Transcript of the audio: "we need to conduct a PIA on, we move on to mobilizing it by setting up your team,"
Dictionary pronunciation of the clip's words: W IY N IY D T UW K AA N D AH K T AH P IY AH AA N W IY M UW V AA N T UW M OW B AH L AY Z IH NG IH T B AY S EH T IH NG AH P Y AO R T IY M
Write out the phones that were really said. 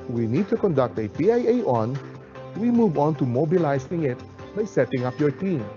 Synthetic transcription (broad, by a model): W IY N IY D T UW K AA N D AH K T AH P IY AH AA N W IY M UW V AA N T UW M OW B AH L AY S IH NG IH T B AY S EH T IH NG AH P Y AO R T IY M